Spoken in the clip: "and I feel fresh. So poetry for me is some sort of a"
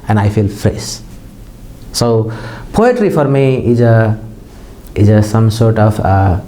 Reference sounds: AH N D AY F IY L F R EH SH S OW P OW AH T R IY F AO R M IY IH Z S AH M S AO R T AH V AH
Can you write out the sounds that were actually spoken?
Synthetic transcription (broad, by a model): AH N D AY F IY L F R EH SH S OW P OW AH T R IY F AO R M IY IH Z S AH M S AO R T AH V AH